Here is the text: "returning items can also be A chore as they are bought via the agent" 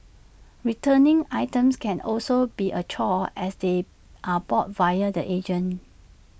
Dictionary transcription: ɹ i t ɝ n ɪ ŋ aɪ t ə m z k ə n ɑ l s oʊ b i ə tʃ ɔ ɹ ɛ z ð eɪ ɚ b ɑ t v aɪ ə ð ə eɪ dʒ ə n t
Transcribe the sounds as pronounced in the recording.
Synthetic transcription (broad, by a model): ɹ i t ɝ n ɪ ŋ aɪ t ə m s k ə n ɑ l s oʊ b i ə tʃ ɔ ɛ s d eɪ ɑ b ɑ t v aɪ ə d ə eɪ dʒ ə n